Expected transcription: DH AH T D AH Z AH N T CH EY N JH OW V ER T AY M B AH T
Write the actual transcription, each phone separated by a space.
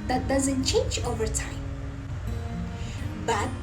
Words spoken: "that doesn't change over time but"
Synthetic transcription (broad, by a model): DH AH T D AH Z AH N T CH EY N JH OW V ER T AY M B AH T